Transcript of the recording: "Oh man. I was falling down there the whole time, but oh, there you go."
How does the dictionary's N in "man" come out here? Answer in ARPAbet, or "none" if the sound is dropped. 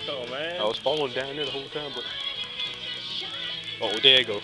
none